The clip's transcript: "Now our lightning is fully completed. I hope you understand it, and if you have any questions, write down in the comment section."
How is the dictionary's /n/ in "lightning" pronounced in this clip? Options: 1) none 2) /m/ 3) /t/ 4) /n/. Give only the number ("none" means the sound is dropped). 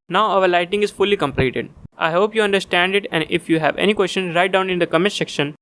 1